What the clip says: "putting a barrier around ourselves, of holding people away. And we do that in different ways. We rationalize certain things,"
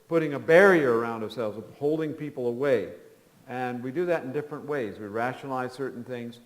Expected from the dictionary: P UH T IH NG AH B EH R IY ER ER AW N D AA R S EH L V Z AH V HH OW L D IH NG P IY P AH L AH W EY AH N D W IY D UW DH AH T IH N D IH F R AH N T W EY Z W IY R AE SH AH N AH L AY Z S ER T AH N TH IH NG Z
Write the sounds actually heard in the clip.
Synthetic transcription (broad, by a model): P UH T IH NG AH B EH R IY ER ER AW N D AA R S EH L V Z AH V HH OW L D IH NG P IY P L AH W EY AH N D W IY D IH DH AH T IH N D IH F R AH N T W EY Z W IY R AE SH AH N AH L AY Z S ER T N TH IH NG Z